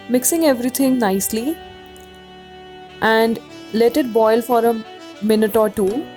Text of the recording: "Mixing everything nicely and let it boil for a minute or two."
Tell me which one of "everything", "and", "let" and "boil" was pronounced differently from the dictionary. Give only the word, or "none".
everything